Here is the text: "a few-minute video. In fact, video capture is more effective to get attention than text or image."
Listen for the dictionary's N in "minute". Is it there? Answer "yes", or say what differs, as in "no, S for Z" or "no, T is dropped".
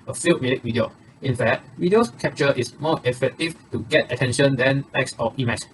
no, L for N